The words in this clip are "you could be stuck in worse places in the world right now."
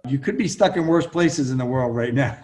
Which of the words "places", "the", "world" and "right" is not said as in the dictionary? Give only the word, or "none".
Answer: none